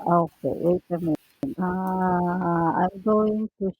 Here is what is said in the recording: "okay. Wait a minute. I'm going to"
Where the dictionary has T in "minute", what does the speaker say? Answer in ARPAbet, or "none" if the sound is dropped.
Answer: none